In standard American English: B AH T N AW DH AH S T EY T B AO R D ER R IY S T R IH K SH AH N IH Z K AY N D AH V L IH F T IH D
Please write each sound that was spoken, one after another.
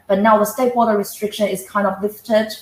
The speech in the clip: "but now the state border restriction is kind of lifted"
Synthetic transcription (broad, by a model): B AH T N AW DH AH S T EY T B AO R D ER R IY S T R IH K SH AH N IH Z K AY N D AH V L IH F T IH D